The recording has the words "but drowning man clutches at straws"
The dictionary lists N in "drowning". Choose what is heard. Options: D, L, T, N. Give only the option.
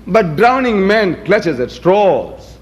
N